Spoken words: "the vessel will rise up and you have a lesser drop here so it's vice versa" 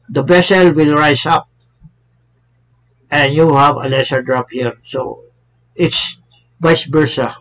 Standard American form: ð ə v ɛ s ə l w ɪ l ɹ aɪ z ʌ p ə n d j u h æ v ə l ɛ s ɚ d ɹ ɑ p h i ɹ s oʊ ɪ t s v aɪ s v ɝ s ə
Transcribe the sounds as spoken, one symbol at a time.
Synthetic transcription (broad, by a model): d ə b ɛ s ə l w ɪ l ɹ aɪ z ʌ p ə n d j u h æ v ə l ɛ s ɚ d ɹ ɑ p h i ɹ s oʊ ɪ t s b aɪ s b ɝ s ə